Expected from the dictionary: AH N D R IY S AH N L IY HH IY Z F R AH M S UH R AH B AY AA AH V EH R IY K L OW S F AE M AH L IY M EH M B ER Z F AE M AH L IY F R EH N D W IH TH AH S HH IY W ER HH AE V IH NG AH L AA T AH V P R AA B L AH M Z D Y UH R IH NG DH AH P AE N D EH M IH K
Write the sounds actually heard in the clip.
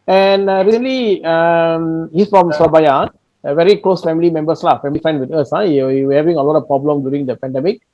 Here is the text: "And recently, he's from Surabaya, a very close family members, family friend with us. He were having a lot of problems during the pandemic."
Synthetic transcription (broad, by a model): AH N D R IY S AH N L IY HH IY S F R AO M S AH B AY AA AH V EH R IY K L OW S F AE M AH L IY M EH M B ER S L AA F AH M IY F EH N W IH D AH S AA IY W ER HH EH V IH NG AH L AA T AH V P R AA B L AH M D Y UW R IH NG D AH P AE N D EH M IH K